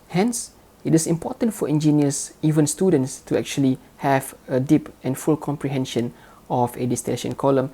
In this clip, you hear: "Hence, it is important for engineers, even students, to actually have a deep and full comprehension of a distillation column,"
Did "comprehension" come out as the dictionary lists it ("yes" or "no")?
yes